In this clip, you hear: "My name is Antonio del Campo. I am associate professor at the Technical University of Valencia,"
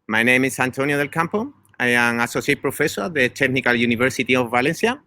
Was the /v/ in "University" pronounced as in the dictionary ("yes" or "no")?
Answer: no